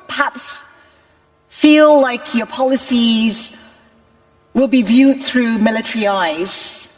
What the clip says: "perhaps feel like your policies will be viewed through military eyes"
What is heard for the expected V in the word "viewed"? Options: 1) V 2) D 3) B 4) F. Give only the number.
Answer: 1